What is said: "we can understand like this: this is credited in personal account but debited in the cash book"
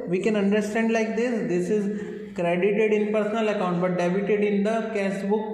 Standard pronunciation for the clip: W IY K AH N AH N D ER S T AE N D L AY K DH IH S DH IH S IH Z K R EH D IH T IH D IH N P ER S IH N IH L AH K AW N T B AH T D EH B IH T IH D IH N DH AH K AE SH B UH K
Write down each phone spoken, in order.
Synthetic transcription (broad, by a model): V IY K AH N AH N D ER S T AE N D L AY K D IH S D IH S IH Z K R EH D IH T IH D IH N P ER S IH N IH L AH K AW N T B AH T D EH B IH T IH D IH N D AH K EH S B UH K